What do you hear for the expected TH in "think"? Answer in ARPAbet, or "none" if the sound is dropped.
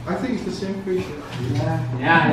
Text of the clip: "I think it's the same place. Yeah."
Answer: TH